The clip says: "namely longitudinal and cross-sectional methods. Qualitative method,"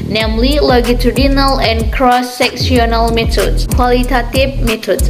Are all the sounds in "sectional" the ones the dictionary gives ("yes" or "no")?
no